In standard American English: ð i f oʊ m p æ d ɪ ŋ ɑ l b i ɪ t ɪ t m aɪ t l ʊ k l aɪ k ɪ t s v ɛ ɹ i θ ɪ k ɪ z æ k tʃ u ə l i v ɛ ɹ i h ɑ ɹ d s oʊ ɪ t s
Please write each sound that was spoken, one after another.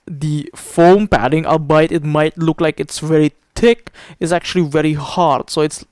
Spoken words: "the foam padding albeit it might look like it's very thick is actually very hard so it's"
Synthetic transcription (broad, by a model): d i f oʊ m p æ d ɪ ŋ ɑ b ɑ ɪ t ɪ t m aɪ t l ʊ k l aɪ k ɪ t s v ɛ ɹ i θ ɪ k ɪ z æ k tʃ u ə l i v ɛ ɹ i h ɑ ɹ d s oʊ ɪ t s